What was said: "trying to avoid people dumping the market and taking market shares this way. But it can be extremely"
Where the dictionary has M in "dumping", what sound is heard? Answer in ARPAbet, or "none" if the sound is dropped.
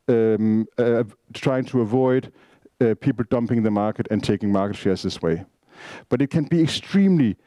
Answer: M